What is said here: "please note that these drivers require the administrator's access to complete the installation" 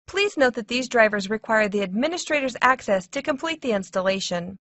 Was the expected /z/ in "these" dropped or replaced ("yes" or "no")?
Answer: no